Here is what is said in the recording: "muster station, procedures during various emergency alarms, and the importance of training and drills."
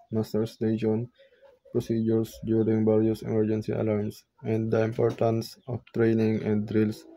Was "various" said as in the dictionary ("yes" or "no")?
no